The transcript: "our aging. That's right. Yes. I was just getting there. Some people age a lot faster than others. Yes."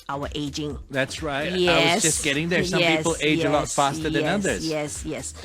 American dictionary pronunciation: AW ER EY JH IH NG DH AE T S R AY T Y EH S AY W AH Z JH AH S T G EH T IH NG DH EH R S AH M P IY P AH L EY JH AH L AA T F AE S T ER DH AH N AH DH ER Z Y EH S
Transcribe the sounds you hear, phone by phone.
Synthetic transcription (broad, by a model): AW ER EY JH IH NG DH AE T S R AY T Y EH AY W AH Z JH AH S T G EH T IH NG DH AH R S AH M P IY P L EY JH AH L AA T F AE S T ER DH AH N AH DH ER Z Y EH S